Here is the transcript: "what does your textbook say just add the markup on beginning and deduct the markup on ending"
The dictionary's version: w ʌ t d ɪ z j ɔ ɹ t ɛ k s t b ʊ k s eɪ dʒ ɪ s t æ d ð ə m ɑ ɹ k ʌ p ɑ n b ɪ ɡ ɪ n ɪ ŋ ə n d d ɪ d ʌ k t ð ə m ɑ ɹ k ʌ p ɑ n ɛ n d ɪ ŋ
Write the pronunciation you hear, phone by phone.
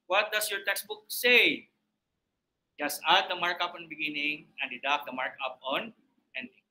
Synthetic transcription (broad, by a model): w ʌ t d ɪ s j ɔ ɹ t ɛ k s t b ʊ k s eɪ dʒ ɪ s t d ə m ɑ ɹ k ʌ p ɑ n b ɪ ɡ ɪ n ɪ ŋ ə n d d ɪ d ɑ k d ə m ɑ ɹ k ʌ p ɑ n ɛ n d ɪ ŋ